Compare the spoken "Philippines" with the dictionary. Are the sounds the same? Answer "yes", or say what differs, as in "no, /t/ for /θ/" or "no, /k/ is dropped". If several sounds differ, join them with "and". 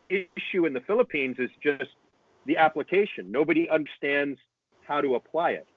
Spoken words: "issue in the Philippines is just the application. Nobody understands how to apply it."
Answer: yes